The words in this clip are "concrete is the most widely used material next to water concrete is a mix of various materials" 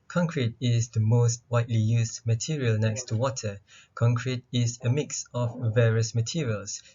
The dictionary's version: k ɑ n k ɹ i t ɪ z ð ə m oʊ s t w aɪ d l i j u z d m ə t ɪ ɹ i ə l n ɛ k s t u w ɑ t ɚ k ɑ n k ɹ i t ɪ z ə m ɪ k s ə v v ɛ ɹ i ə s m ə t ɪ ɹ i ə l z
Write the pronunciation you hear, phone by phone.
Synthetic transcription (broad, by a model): k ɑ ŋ k ɹ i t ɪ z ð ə m oʊ s t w aɪ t l i j u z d m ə t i ɹ i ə l n ɛ k s t u w ɑ t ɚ k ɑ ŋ k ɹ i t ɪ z ə m ɪ k s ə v v ɛ ɹ i ə s m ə t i ɹ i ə l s